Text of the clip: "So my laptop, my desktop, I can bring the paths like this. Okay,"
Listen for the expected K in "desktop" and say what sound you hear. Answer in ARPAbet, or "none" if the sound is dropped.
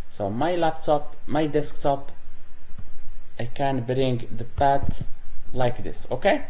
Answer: K